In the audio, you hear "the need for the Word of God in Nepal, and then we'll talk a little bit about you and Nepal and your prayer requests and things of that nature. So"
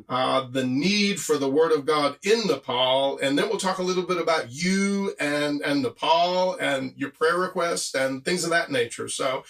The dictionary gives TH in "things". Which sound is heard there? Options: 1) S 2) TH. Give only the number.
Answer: 2